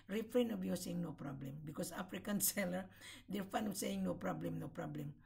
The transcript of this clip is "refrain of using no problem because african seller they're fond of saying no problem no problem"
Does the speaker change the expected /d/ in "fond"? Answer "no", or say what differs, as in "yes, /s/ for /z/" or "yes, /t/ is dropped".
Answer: yes, /d/ is dropped